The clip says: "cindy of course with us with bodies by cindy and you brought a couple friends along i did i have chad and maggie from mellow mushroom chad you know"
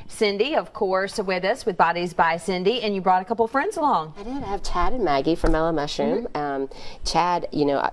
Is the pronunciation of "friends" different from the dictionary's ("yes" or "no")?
no